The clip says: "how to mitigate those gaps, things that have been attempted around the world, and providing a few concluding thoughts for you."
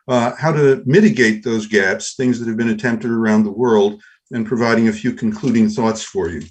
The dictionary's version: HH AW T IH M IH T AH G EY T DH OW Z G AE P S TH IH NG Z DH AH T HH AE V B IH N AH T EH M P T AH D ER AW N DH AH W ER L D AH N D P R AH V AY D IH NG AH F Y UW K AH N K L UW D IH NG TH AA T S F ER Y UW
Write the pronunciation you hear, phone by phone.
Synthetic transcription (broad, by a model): HH AW T IH M IH T AH G EY T DH OW Z G AE P S TH IH NG Z DH AH T HH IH V B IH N AH T EH M P T AH D ER AW N DH AH W ER L D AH N P R AH V AY D IH NG AH F Y UW K N K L UW D IH NG TH AA T S F ER Y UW